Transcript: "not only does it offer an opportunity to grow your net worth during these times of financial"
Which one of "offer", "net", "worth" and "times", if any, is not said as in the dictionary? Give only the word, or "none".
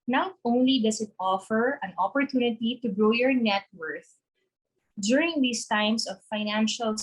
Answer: times